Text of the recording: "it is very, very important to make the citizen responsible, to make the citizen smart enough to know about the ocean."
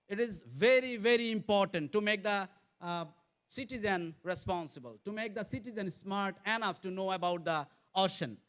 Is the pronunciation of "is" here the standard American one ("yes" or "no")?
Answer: yes